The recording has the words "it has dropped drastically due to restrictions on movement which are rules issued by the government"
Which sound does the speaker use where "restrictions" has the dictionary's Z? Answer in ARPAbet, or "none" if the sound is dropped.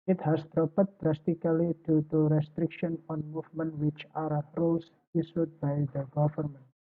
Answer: none